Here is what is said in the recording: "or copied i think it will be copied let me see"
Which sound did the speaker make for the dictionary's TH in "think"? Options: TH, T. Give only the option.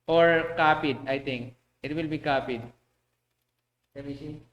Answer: T